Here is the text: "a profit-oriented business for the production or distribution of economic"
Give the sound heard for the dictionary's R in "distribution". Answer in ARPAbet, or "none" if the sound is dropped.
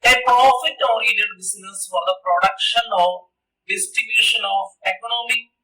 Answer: none